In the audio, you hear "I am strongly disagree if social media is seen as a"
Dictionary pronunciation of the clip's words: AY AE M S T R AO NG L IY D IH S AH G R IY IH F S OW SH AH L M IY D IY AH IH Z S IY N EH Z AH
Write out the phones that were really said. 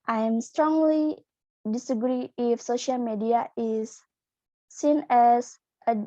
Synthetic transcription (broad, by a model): AY M S T R AO NG L IY D IH S AH G R IY IH F S OW SH AH L M IY D IY AH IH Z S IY N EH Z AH